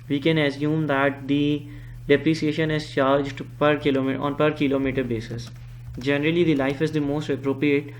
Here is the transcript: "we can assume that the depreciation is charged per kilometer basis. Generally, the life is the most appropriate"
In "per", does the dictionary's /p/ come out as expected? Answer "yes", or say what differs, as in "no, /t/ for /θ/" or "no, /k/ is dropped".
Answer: yes